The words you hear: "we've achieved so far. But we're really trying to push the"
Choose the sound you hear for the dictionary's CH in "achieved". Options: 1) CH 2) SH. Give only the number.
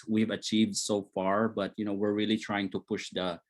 1